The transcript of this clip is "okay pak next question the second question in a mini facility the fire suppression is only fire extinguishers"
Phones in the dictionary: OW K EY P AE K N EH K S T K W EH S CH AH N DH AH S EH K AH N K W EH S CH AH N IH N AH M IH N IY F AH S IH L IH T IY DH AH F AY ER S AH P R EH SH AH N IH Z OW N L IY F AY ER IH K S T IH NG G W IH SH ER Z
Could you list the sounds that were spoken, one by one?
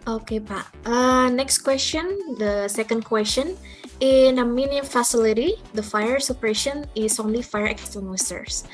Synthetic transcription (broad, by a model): OW K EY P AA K N EH K S T K W EH S CH AH N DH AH S EH K AH N K W EH S CH AH N IH N AH M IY N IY F AH S IH L IH T IY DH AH F AY ER S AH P R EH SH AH N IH S OW N L IY F AY ER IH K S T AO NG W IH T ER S